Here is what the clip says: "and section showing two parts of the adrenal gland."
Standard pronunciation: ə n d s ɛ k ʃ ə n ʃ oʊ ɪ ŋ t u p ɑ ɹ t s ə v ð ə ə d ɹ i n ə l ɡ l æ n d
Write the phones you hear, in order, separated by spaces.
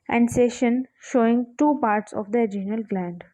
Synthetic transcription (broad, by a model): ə n d s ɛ ʃ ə n ʃ oʊ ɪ ŋ t u p ɑ ɹ t s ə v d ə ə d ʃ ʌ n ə l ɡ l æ n d